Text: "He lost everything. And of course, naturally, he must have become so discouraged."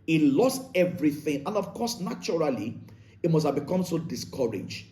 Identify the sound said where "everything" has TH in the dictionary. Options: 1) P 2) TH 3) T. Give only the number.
2